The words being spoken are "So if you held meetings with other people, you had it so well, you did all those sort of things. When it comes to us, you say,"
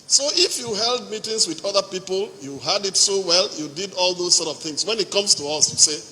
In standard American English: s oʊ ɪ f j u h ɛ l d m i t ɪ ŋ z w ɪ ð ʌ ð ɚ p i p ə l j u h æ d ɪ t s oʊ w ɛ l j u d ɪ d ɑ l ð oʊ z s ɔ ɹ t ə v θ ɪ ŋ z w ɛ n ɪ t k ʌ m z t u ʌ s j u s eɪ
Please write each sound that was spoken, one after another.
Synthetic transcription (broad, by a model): s oʊ ɪ f j u h ɛ l d m i t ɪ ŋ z w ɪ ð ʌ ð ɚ p i p ə l j u h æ d ɪ t s oʊ w ɛ l j u d ɪ d ɑ l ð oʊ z s ɔ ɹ t ə v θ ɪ ŋ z w ɛ n ɪ t k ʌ m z t u ʌ s j u s eɪ